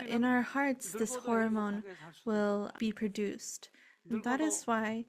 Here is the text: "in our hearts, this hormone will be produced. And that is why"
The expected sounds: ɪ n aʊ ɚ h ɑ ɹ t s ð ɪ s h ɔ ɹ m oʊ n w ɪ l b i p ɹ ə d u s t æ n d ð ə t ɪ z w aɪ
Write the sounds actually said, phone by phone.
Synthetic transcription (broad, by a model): ɪ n aʊ ɚ h ɑ ɹ t s ð ɪ s h ɔ ɹ m oʊ n w ɪ l b i p ɹ ə d u s t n ð ə t ɪ z w aɪ